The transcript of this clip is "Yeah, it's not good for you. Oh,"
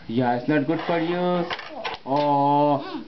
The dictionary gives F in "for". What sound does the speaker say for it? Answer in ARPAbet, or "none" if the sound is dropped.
P